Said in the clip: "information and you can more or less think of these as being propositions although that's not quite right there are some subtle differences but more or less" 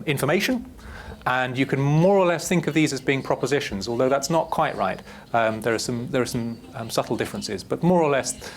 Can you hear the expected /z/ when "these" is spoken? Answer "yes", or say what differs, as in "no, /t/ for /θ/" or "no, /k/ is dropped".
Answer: yes